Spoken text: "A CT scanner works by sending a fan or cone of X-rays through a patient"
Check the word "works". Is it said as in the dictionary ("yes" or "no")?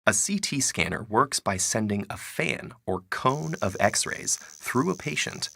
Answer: yes